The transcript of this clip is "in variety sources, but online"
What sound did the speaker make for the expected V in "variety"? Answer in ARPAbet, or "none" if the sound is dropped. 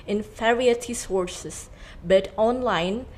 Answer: F